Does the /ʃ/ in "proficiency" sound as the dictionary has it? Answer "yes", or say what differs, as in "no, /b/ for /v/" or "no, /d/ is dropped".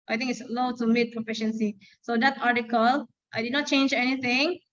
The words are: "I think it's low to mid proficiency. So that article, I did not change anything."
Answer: yes